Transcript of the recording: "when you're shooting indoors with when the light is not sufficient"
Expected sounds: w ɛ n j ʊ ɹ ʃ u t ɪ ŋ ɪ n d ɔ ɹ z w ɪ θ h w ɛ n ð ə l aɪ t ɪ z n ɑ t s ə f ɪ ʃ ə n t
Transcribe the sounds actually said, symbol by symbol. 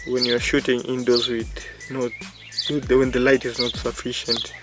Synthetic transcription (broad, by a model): w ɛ n j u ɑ ʃ u t ɪ ŋ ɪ n d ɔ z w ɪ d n w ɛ n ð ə l aɪ t ɪ z n ɑ t s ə f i ʃ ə n t